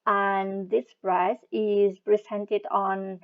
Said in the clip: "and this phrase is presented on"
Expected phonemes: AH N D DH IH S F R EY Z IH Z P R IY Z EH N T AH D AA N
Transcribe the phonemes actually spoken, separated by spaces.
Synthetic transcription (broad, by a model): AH N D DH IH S P R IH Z IH Z P R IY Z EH N T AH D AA N